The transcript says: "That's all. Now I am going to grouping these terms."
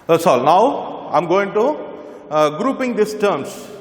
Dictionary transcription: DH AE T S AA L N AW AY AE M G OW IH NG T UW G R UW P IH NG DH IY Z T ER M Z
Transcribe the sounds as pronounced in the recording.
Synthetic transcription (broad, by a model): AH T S AA L N AW AY M G OW IH NG T UW G R UW P IH NG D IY S T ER M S